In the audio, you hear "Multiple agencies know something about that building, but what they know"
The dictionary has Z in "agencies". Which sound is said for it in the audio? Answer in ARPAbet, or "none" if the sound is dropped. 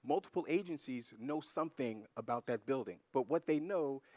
Z